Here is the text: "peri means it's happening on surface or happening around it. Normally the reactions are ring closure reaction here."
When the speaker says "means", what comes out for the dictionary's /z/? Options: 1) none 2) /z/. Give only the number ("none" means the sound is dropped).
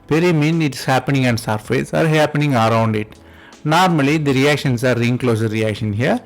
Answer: 1